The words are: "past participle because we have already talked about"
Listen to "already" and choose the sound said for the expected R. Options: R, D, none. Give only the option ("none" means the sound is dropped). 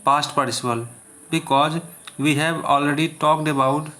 R